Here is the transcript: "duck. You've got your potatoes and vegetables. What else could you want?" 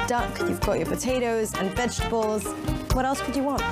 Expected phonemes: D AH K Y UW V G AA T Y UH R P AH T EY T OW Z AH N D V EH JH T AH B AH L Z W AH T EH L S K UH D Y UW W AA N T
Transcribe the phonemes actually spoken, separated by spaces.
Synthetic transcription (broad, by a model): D AH K Y UW V G AA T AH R P AH T EY T OW Z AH N V EH JH T AH B AH L Z W AH T EH L S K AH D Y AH W AA N T